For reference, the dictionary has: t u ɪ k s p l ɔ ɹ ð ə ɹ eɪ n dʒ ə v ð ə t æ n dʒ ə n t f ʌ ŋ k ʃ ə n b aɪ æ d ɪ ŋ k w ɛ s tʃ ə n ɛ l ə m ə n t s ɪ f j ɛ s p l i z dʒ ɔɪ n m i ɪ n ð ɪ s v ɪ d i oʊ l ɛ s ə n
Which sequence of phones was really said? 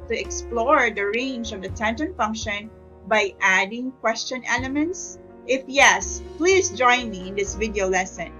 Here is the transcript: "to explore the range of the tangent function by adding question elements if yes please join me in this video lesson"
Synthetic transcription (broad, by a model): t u ɪ k s p l ɔ ɹ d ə ɹ eɪ n dʒ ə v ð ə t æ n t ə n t f ʌ ŋ k ʃ ə n b aɪ æ d ɪ ŋ k w ɛ s tʃ ə n ɛ l ə m ə n t s ɪ f j ɛ s p l i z dʒ ɔɪ n m i ɪ n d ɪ s v ɪ d i oʊ l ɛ s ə n